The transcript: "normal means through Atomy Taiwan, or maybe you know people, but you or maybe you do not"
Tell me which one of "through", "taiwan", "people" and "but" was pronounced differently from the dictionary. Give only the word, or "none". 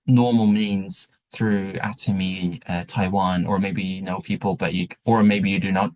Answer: none